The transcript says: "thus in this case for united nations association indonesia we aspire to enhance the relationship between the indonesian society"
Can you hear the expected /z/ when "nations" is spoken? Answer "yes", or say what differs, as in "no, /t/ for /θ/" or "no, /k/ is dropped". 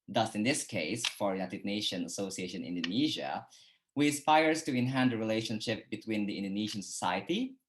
no, /z/ is dropped